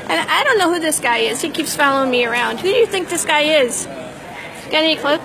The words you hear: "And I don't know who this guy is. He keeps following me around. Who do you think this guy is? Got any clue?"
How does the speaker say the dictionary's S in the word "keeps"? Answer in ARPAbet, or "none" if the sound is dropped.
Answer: S